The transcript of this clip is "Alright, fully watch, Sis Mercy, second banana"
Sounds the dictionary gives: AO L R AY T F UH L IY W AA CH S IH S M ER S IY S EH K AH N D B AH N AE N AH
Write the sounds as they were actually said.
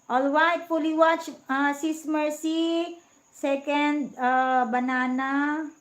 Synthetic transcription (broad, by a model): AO L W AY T P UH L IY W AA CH S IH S M ER S IY S EH K AH N D B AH N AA N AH